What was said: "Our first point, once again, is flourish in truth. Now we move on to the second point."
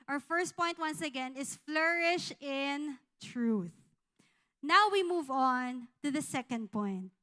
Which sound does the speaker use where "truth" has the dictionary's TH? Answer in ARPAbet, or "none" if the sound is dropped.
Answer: TH